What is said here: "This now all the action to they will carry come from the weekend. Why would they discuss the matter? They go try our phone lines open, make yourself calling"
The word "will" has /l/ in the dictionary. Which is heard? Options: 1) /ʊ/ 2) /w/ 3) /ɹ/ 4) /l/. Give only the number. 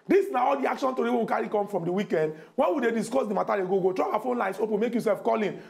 2